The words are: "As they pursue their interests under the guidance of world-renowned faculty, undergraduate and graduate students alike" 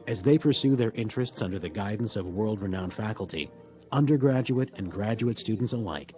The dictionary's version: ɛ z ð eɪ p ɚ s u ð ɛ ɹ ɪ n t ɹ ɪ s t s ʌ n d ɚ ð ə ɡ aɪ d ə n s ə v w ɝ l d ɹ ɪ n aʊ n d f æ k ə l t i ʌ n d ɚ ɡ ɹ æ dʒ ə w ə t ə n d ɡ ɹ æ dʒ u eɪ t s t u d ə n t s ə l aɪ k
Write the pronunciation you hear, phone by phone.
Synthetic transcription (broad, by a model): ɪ z ð eɪ p ɚ s u ð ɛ ɹ ɪ n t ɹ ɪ s t s ʌ n d ɚ ð ə ɡ aɪ d n s ə v w ɝ l d ɹ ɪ n aʊ n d f æ k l t i ʌ n d ɚ ɡ ɹ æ dʒ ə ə t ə n ɡ ɹ æ dʒ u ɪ t s t u d n t s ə l aɪ k